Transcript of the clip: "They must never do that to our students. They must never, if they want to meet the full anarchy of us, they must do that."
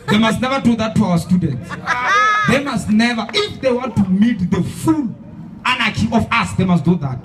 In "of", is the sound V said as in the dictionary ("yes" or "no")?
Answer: no